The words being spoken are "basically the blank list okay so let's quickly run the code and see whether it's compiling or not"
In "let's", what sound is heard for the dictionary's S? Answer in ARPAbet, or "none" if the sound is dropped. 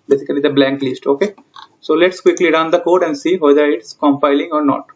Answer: S